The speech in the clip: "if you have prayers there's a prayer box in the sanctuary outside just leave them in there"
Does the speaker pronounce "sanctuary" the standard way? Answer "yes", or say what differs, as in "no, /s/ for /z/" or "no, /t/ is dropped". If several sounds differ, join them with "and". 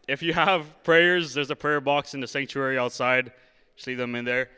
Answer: yes